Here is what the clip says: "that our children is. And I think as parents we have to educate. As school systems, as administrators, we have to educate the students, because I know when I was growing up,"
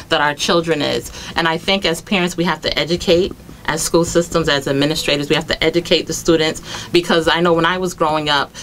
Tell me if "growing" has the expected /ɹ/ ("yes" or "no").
yes